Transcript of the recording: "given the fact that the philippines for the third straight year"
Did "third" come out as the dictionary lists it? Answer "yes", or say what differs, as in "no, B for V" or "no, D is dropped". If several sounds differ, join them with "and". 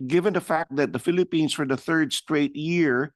yes